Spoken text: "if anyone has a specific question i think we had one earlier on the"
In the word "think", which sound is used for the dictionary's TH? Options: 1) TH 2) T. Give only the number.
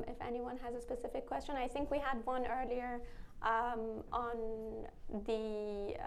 1